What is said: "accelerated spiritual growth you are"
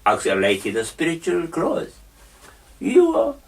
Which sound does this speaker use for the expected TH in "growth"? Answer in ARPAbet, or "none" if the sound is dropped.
S